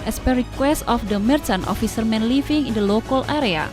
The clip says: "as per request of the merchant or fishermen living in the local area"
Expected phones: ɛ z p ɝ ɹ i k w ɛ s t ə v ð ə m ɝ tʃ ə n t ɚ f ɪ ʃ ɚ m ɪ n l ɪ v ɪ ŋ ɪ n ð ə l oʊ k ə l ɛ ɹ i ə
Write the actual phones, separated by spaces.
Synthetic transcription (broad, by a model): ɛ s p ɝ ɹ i k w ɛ s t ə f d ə m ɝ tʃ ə n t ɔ f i s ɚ m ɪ n l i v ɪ ŋ ɪ n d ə l oʊ k ə l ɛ ɹ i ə